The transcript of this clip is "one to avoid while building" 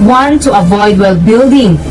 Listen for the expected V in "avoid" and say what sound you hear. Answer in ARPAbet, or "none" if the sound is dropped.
V